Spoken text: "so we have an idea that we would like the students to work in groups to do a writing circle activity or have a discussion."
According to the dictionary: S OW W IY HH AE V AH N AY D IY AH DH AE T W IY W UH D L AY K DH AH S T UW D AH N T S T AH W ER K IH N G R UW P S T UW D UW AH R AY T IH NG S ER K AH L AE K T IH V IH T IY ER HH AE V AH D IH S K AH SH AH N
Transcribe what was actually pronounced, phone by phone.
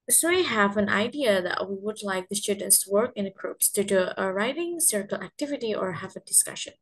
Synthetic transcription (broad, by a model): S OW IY HH AE V AH N AY D IY AH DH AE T W IY W UH D L AY K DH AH S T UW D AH N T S W ER K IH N G R UW P S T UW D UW AH R AY T IH NG S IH K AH L AE K T IH V IH T IY ER HH AE V AH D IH S K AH SH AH N